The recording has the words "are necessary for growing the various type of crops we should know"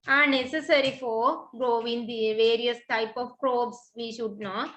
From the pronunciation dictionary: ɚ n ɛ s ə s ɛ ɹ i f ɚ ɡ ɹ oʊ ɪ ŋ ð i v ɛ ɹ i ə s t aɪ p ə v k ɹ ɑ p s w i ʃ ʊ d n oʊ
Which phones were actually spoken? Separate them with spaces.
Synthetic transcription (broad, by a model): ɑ n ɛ s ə s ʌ ɹ i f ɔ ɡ ɹ oʊ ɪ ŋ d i v ɛ ɹ i ə s t aɪ p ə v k ɹ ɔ b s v i ʃ ʊ d n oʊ